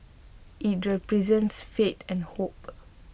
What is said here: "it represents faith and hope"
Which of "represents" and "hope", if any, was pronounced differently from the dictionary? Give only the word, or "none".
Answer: none